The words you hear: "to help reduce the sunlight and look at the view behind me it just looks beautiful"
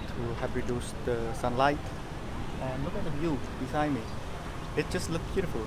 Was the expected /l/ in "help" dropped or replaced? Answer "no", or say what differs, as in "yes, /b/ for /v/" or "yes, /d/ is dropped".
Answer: yes, /l/ is dropped